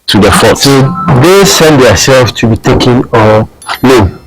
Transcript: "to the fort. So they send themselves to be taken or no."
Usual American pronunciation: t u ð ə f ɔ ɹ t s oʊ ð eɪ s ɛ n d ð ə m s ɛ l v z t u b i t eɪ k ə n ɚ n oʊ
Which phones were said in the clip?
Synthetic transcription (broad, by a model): t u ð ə f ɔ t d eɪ s ɛ n d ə s ɛ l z t u b i t eɪ k ə n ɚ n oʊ